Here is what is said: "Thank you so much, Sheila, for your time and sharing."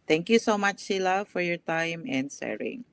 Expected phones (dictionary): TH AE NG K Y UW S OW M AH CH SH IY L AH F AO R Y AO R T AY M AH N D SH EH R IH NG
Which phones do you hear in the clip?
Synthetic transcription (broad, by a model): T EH NG K Y UW S OW M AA CH S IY L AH F AO R Y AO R T AY M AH N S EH R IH NG